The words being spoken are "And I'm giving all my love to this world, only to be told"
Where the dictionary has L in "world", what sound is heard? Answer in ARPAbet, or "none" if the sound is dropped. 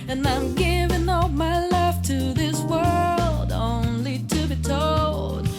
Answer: L